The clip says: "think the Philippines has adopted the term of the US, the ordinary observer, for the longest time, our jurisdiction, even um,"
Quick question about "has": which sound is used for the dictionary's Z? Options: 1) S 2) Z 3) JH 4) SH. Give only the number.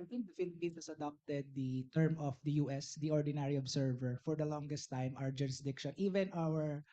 1